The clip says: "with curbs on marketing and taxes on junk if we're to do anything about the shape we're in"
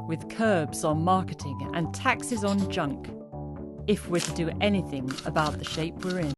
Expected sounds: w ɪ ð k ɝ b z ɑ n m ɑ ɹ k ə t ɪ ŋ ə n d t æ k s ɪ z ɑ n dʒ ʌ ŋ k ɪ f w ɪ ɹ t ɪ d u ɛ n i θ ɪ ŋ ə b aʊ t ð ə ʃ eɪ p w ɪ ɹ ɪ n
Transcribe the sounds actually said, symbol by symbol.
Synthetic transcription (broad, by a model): w ɪ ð k ɝ b z n m ɑ ɹ k ə t ɪ ŋ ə n t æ k s ɪ z n dʒ ʌ ŋ k ɪ f w ɪ ɹ t ɪ d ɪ ɛ n i θ ɪ ŋ ə b aʊ t ð ə ʃ eɪ p w ɪ ɹ ɪ n